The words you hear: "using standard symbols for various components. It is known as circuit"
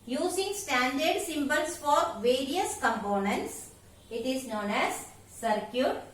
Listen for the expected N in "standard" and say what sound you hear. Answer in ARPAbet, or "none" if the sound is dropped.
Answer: N